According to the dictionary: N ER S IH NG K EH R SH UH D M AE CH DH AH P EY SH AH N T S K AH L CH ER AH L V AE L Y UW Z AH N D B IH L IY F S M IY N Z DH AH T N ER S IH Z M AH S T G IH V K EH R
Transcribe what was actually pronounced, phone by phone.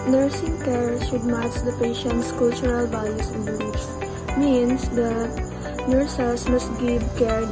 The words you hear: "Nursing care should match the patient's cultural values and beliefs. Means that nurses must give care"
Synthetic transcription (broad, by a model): N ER S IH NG K EH R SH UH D M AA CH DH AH P EY SH AH N T S K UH L CH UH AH L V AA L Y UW S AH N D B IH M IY S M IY N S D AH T N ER S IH S M AH S T G IH V K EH R